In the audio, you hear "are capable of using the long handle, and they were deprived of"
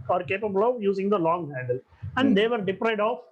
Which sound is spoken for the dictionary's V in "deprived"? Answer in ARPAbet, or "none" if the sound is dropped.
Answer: none